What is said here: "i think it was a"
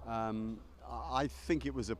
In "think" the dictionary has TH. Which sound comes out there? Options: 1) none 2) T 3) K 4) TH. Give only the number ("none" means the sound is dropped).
4